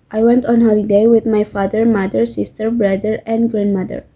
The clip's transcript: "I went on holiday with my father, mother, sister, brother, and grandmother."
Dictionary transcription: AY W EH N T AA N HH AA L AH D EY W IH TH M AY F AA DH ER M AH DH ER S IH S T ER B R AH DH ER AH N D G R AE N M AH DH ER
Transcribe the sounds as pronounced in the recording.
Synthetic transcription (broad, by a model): AY W EH N T AA N HH AA L AH D EY W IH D M AY F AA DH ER M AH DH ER S IH S T ER B R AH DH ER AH N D G R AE N M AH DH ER